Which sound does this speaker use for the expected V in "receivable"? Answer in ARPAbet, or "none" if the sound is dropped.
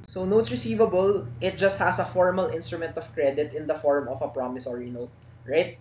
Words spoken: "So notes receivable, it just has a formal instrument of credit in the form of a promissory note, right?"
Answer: V